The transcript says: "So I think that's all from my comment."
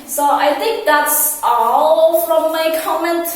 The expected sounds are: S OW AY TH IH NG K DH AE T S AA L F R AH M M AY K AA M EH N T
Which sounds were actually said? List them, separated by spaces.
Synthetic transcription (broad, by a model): S OW AY TH IH NG K DH AE T S AA L F R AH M M AY K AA M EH N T